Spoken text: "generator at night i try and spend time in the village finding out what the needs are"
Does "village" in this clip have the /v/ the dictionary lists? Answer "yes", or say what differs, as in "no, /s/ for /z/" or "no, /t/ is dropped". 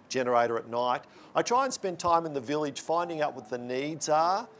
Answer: yes